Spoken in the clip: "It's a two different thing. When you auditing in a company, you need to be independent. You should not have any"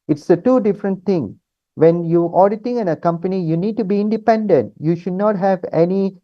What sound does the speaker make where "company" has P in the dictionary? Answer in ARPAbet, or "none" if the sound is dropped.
P